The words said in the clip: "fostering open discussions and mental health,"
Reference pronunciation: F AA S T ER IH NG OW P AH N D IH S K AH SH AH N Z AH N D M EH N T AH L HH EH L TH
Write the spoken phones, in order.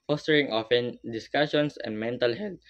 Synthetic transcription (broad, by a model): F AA S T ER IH NG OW F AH N D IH S K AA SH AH N S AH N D M EH N T AH L HH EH L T